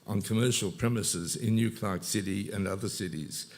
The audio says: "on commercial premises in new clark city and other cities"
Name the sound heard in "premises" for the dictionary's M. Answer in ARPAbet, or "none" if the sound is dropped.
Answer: M